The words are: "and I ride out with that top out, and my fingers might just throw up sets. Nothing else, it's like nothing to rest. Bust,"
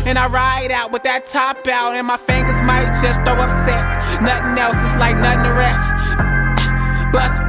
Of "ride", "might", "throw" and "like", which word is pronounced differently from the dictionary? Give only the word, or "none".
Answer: throw